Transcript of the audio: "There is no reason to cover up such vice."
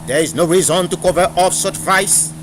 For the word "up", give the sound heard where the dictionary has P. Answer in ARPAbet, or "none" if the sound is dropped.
F